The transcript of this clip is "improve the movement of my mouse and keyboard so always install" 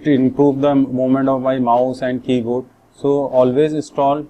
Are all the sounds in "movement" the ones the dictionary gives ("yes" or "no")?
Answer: no